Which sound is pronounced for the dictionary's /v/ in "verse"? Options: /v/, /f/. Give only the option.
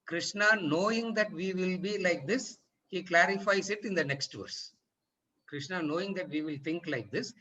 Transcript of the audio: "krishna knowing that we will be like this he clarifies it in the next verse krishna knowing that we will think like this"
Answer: /v/